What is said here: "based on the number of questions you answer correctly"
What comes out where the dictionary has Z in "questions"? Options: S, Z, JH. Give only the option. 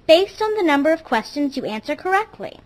Z